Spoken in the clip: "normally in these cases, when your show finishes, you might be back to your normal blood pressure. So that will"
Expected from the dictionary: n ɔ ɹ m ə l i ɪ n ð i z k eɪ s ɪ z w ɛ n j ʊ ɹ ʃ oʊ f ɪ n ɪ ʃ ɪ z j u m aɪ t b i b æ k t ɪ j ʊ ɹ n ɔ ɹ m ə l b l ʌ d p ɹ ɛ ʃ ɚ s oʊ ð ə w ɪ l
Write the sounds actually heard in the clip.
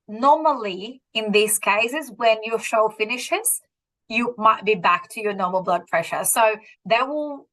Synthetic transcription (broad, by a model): n ɔ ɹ m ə l i ɪ n ð i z k eɪ s ɪ z w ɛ n j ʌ ɹ ʃ oʊ f ɪ n ɪ ʃ ɪ z j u m aɪ t b i b æ k t ɪ j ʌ ɹ n ɔ ɹ m ə l b l ʌ d p ɹ ɛ ʃ ɚ s oʊ ð ə w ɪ l